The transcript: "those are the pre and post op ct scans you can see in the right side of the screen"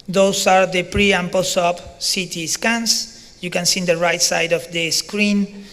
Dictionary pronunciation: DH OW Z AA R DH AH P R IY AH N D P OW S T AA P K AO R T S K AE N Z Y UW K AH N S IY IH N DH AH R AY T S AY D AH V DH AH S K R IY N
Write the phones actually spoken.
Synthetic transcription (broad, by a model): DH OW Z AA R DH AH P R IY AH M P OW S AA P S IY T S K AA N S Y UW K AH N S IY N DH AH R AY T S AY D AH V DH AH S K R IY N